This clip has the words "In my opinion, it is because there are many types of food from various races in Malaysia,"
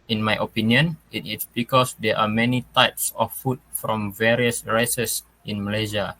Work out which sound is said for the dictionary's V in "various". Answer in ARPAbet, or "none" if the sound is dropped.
V